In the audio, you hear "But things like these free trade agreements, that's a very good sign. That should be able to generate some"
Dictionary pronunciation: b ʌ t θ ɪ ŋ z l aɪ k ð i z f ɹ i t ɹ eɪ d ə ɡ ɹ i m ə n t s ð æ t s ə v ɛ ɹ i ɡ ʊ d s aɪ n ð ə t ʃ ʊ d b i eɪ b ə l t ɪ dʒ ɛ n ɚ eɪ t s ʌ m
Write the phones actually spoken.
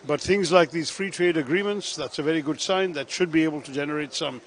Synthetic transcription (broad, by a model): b ʌ t θ ɪ ŋ z l aɪ k ð i z f ɹ i t ɹ eɪ d ə ɡ ɹ i m ə n t s ð æ t s ə v ɛ ɹ i ɡ ʊ d s aɪ n ð ə t ʃ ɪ d b i eɪ b ə l t ɪ dʒ ɛ n ɚ eɪ t s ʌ m